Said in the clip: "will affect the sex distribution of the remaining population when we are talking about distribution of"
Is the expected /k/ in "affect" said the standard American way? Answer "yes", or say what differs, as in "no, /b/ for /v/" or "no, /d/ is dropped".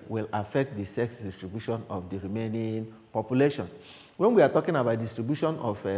yes